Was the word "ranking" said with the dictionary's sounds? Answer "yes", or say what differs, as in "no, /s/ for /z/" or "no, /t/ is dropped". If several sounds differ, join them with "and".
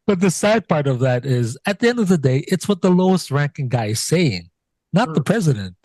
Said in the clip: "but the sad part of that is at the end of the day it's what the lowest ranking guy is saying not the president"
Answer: yes